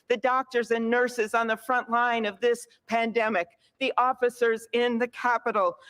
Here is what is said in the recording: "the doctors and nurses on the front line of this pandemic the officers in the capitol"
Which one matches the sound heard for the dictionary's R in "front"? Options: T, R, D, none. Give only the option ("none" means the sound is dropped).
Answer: R